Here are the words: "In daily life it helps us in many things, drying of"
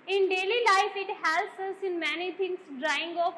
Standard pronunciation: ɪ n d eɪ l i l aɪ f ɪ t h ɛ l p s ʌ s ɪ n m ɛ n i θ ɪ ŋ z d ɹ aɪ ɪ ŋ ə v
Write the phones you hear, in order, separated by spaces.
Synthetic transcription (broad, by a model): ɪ n d eɪ l i l aɪ f ɪ t h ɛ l s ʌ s ɪ n m ɛ n i t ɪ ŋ s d ɹ aɪ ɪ ŋ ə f